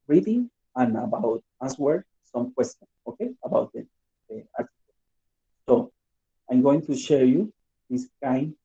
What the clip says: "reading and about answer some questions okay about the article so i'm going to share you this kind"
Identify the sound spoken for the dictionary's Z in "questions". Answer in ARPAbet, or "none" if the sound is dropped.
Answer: none